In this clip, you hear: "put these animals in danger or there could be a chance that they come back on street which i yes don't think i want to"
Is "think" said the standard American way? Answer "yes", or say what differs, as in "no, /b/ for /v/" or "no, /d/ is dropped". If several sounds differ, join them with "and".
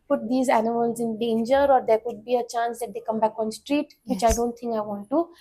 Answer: no, /t/ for /θ/